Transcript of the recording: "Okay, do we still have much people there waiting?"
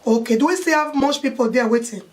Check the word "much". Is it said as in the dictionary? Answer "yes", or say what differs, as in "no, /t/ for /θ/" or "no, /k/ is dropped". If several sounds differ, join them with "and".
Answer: no, /s/ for /tʃ/